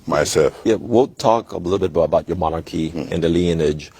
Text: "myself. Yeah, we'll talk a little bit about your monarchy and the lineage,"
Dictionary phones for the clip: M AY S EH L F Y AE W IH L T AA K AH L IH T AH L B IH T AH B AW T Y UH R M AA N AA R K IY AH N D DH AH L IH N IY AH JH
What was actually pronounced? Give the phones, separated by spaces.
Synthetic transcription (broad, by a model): M AY S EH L F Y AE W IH N T AA K AH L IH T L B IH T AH B AW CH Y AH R M AA N AA R K IY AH N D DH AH L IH N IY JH